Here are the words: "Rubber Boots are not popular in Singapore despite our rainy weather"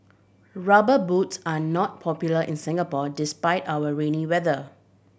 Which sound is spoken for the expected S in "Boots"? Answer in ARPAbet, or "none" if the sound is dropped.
S